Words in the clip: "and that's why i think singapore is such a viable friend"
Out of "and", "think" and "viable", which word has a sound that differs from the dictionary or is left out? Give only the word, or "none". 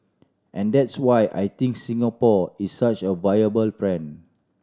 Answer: think